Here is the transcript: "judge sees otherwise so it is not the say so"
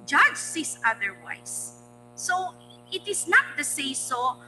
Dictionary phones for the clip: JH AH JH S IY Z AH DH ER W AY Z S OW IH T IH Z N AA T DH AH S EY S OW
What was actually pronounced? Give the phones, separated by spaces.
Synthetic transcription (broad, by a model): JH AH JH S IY S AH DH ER W AY S OW IH T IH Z N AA T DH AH S EY S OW